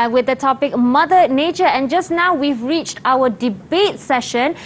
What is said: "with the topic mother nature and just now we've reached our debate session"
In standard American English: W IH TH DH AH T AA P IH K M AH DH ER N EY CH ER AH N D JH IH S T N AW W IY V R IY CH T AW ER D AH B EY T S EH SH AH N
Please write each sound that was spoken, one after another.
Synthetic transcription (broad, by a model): W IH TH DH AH T AA P IH K M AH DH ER N EY CH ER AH N JH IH S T N AW W IY V R IY CH T AW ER D AH B EY T S EH SH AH N